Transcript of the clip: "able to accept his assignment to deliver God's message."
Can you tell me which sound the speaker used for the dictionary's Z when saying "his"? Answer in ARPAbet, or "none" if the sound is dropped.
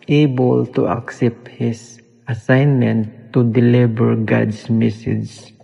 S